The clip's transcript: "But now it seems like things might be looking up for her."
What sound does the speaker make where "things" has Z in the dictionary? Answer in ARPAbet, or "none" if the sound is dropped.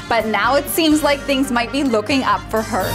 Z